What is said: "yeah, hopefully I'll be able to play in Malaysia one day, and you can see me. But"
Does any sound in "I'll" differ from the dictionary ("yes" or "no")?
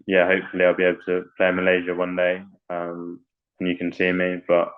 no